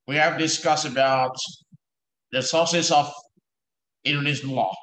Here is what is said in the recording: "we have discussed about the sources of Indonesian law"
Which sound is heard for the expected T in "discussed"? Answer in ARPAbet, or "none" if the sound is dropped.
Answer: none